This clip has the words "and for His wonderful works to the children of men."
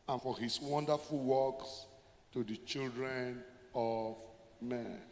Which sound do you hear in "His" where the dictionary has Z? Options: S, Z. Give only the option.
S